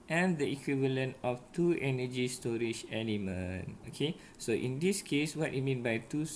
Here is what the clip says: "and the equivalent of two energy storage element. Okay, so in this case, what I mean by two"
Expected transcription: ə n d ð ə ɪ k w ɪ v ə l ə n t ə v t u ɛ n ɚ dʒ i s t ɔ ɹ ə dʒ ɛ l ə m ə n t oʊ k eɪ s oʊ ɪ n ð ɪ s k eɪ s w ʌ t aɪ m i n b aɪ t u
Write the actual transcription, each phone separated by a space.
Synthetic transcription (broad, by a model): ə n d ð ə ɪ k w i v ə l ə n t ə f t u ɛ n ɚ dʒ i s t ɔ ɹ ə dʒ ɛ n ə m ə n oʊ k eɪ s oʊ ɪ n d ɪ s k eɪ s w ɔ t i m i n b aɪ t u